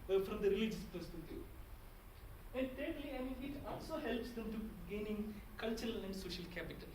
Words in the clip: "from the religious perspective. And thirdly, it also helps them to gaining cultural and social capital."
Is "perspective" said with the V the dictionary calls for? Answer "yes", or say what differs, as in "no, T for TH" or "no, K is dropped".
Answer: no, V is dropped